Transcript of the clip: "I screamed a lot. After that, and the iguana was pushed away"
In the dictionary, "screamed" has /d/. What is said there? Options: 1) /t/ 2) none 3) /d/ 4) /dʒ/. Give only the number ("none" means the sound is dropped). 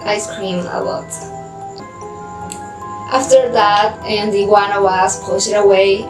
2